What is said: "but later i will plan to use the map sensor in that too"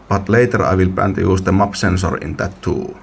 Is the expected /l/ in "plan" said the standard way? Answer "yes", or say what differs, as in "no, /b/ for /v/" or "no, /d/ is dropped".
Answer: no, /l/ is dropped